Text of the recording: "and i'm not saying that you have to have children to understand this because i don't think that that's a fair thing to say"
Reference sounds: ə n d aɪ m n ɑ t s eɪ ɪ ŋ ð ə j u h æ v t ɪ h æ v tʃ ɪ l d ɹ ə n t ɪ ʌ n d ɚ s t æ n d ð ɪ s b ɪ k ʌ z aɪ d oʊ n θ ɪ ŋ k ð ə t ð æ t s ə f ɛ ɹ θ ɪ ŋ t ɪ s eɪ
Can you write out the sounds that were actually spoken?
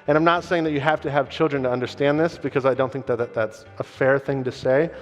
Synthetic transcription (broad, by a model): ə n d aɪ m n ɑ t s eɪ ɪ ŋ ð ə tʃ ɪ h æ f t ɪ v tʃ ɪ l d ɹ ə n t ɪ ʌ n d ɚ s t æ n ð ɪ s b ɪ k ʌ z aɪ d oʊ n θ ɪ ŋ k ð ə t ð æ t s ə f ɛ ɹ θ ɪ ŋ t ɪ s eɪ